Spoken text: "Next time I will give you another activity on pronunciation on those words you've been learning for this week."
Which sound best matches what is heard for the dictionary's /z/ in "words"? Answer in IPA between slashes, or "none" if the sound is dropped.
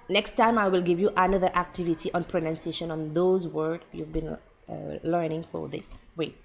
none